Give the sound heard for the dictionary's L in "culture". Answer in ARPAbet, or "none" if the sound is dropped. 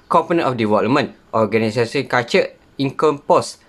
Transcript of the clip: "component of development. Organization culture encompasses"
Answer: none